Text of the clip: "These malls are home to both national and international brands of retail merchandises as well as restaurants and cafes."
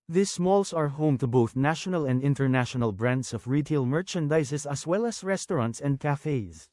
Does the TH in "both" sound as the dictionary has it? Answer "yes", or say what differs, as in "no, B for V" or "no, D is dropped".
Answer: yes